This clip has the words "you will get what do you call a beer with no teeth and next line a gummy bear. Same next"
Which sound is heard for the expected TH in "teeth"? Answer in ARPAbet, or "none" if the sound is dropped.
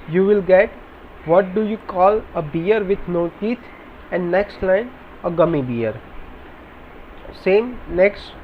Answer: T